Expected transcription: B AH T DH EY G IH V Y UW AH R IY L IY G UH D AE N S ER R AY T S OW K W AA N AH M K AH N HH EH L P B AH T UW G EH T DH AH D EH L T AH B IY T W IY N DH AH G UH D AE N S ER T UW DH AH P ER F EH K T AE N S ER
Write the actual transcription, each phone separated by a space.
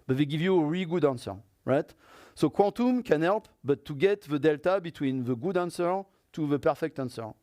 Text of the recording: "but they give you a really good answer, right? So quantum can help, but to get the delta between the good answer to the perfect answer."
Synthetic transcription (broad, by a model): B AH T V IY G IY V Y UW AH R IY L G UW D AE N S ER R AY T S OW K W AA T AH M K AH N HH EH L P B AH T UW G EH T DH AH D EH L T AH B IY T W IY N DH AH G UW D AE N S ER T UW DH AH P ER F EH K T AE N S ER